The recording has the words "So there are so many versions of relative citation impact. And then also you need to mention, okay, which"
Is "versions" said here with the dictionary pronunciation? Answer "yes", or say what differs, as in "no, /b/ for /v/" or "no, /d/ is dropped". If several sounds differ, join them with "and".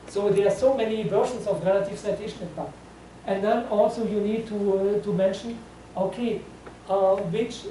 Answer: no, /s/ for /z/